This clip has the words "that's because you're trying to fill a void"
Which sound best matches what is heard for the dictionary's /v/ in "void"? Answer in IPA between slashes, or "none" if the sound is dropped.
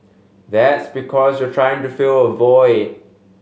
/v/